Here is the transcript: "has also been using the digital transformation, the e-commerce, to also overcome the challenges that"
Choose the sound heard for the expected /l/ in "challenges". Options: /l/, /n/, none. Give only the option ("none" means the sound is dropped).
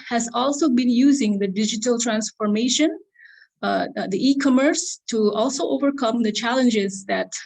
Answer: /l/